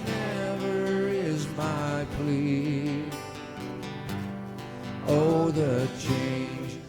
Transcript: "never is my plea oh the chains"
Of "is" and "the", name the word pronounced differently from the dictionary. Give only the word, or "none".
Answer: none